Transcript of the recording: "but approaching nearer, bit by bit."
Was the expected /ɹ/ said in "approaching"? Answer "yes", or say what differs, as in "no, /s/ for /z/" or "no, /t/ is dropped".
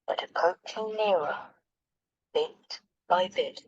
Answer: no, /ɹ/ is dropped